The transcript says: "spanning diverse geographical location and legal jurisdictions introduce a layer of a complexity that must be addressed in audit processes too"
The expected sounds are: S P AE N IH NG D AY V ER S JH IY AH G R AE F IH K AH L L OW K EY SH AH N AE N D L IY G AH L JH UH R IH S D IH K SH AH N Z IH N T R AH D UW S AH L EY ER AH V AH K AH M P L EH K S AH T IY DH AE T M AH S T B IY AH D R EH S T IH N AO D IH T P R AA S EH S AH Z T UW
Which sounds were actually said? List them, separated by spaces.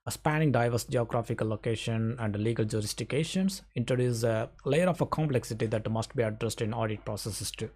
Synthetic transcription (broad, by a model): S P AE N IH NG D AY V ER S JH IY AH G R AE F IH K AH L L OW K EY SH AH N AE N D L IY G AH L JH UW R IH S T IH K SH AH N S IH N T R AH D UW S AH L EY ER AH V AH K AH M P L EH K S AH T IY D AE T M AH S T B IY AH D R EH S T IH N AO D IH T P R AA S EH S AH S T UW